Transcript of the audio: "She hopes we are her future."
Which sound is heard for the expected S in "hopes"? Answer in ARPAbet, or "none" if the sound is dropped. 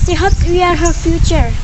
none